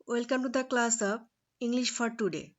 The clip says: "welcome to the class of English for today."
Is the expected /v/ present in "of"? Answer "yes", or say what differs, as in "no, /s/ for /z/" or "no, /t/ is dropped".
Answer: no, /p/ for /v/